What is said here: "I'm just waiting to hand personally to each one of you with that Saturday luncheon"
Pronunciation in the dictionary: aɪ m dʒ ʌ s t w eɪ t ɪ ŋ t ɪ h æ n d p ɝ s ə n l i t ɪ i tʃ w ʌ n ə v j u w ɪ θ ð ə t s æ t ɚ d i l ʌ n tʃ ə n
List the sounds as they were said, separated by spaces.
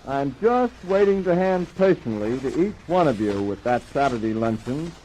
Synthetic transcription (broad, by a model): aɪ m dʒ ʌ s t w eɪ t ɪ ŋ t ɪ h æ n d p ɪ ʃ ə n l i t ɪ i tʃ w ʌ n ə v j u w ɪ ð ə t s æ t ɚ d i l ʌ n tʃ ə n